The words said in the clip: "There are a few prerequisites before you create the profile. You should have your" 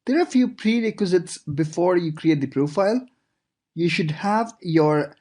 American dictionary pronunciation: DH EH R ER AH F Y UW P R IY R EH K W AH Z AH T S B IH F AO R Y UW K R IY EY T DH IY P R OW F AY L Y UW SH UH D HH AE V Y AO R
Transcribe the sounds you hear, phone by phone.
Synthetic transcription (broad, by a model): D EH R AH F Y UW P R IY R EH K W AH Z AH T S B IH F AO R Y UW K R IY EY T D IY P R OW F AY L Y UW SH UH D HH AE V Y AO R